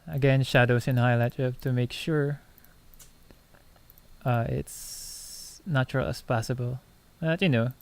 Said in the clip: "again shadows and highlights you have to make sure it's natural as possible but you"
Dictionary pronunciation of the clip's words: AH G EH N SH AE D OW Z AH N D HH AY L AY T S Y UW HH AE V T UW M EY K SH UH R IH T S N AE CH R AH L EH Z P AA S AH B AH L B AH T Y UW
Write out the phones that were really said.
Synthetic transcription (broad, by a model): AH G EH N SH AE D OW S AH N HH AY L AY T Y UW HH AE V T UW M EY K SH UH R IH T S N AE CH R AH L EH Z P AA S AH B AH L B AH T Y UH